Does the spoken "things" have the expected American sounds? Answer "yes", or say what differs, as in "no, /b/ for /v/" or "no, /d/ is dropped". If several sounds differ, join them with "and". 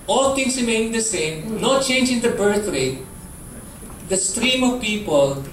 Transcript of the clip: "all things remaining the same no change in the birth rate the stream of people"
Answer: no, /t/ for /θ/